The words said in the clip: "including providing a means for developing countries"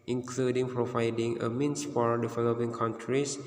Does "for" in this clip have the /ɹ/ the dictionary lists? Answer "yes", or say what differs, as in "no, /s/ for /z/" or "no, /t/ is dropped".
no, /l/ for /ɹ/